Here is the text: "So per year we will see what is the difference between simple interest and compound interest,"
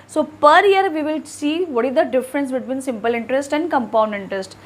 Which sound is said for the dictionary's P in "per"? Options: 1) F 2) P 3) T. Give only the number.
2